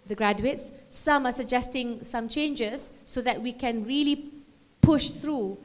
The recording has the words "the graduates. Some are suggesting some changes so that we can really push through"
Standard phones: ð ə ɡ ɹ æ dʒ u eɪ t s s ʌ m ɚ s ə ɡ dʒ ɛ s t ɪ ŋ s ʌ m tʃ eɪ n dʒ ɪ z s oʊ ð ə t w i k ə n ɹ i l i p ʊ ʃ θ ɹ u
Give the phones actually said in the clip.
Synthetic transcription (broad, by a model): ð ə ɡ ɹ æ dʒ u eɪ t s s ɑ m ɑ s ə ɡ dʒ ɛ s t ɪ ŋ s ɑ m tʃ eɪ n dʒ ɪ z s oʊ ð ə t w i k ə n ɹ i l i p ʊ ʃ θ ɹ u